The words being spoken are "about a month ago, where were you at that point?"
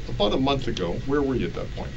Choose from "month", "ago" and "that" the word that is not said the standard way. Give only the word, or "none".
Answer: none